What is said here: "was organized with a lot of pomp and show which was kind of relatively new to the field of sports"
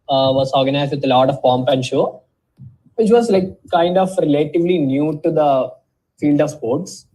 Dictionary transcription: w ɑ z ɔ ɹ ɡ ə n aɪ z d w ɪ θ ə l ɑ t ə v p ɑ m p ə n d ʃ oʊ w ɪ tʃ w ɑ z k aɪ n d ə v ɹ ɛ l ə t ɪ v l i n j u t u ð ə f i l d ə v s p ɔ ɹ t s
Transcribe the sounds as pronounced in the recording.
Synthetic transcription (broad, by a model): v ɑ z ɔ ɹ ɡ ə n aɪ z d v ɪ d ə l ɑ t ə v p ɑ m p ə n d ʃ oʊ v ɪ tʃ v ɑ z k aɪ n d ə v ɹ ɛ l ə t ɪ v l i n j u t u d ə f i l d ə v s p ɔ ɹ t s